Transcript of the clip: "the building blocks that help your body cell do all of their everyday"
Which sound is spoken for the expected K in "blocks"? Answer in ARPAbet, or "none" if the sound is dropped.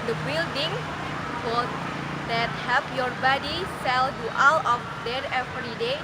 none